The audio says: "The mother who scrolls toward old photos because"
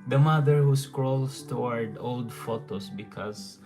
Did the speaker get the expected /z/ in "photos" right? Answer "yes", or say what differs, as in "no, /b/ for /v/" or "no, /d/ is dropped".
no, /s/ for /z/